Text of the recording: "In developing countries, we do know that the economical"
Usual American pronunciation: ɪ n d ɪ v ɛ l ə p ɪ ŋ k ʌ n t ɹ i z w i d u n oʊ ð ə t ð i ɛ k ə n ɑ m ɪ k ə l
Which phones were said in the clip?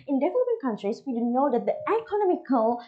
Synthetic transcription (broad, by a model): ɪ n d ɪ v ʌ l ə b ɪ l k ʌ n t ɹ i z w i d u n oʊ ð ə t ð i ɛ k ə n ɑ m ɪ k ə l